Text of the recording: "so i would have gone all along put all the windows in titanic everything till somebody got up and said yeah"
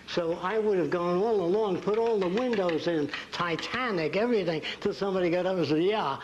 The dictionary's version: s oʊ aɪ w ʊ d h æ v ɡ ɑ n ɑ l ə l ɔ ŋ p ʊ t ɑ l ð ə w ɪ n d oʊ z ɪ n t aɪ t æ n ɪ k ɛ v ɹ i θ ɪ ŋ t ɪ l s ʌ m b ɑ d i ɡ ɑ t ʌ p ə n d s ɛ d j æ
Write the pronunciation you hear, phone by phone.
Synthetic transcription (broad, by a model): s oʊ aɪ w ʊ d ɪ v ɡ ɑ n ɑ l ə l ɔ ŋ p ʊ t ɑ l ð ə w ɪ n d oʊ z ɪ n t aɪ t æ n ɪ k ɛ v ɹ i θ ɪ ŋ t ɪ l s ʌ m b ɑ d i ɡ ɑ t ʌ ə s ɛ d j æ